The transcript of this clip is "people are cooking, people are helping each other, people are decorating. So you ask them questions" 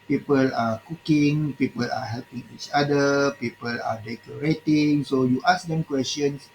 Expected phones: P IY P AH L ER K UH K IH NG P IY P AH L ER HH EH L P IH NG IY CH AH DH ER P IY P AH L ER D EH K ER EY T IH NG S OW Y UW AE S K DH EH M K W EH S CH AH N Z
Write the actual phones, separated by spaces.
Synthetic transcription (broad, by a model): P IY P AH L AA K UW K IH NG P IY P AH L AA HH EH L P IH NG IY CH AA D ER P IY P AH L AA D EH K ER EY T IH NG S OW Y UW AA S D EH M K W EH S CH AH N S